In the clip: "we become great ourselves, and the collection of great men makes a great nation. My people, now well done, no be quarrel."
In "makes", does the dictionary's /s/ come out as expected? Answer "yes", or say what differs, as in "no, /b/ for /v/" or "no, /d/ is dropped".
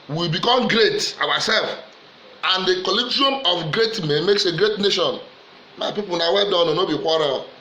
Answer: yes